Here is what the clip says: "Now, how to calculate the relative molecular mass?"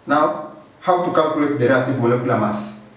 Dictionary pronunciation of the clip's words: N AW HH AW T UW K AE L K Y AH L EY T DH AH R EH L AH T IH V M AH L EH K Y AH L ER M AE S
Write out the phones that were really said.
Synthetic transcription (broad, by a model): N AW HH AW T UW K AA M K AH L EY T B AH R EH AH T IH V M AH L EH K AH L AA M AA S